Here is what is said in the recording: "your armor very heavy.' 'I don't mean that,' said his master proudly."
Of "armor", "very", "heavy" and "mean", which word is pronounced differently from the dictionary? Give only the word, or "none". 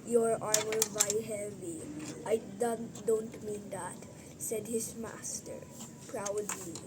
very